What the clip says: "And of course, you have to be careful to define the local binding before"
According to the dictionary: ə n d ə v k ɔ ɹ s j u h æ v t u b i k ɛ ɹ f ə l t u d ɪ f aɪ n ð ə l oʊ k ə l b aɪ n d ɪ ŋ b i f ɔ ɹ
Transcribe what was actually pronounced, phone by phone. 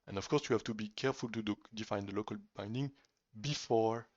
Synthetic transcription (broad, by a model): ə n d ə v k ɔ ɹ s j u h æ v t u b i k ɛ ɹ f ə l t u d ɪ f aɪ n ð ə l oʊ k ə l b aɪ n d ɪ ŋ b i f ɔ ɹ